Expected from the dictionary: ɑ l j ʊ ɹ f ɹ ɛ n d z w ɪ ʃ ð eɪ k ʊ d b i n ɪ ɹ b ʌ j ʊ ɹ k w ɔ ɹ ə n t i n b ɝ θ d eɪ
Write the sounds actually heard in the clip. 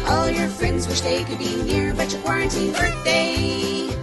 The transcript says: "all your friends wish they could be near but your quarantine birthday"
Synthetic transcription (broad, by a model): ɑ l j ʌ ɹ f ɹ ɛ n d z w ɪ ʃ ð eɪ k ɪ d b i n ɪ ɹ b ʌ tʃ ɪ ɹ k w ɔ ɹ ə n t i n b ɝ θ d eɪ